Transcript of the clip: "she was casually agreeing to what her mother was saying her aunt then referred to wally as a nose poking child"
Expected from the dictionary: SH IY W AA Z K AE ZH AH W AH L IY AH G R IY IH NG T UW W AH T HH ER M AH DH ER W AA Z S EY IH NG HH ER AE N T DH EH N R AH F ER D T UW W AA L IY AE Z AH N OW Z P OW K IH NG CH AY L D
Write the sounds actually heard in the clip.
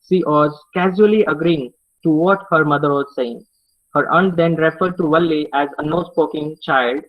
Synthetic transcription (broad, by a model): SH IY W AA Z K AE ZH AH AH L IY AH G R IY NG T UW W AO T HH ER M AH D ER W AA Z S EY IH NG HH ER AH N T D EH N R AH F ER D T UW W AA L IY AE Z AH N OW S P OW K IH NG CH AY L D